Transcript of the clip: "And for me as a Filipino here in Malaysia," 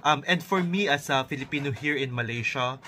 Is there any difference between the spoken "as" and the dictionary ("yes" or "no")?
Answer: yes